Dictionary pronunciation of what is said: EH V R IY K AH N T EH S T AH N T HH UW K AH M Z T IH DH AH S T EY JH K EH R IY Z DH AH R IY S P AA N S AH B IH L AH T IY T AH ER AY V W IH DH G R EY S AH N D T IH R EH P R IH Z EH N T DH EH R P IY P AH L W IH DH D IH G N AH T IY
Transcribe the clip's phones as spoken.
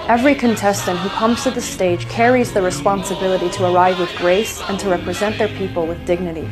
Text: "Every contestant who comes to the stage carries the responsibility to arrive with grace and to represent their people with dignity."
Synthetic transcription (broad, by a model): EH V R IY K AH N T EH S T AH N T HH UW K AH M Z T IH DH AH S T EY JH K EH R IY Z DH AH R IY S P AA N S AH B IH L AH T IY T AH ER AY V W IH DH G R EY S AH N T IH R EH P R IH Z EH N DH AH R P IY P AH L W IH DH D IH G N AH T IY